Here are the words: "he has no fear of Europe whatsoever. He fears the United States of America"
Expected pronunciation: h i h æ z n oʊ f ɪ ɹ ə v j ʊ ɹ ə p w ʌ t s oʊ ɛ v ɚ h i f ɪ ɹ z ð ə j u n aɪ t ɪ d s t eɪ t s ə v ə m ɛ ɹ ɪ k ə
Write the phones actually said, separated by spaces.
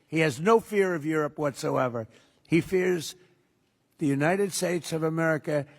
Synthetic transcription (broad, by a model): h i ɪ z n oʊ f ɪ ɹ ə v j ʊ ɹ ə p w ʌ t s oʊ ɛ v ɚ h i f ɪ ɹ z ð ə j u n aɪ t ɪ d s t eɪ t s ə v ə m ɛ ɹ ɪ k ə